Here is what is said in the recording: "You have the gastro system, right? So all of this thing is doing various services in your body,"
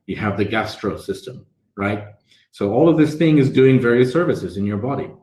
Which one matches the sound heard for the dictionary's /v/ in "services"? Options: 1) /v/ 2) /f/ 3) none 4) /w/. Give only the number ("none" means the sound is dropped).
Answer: 1